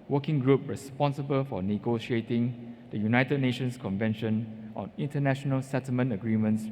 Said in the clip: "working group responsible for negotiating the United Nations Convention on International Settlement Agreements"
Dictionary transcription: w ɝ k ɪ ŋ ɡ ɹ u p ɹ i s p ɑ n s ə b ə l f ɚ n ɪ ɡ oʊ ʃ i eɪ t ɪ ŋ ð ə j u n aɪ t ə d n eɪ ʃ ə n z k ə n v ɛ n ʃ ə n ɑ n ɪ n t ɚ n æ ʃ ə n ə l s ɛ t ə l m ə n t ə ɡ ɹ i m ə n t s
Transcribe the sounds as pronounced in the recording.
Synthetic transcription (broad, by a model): w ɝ k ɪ ŋ ɡ ɹ u p ɹ i s p ɑ n s ə b ə l f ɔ n ɪ ɡ oʊ ʃ i eɪ t ɪ ŋ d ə j u n aɪ t ə d n eɪ ʃ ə n s k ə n v ɛ n ʃ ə n ɑ n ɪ n t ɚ n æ ʃ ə n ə l s ɛ t ə l m ə n t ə ɡ ɹ i m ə n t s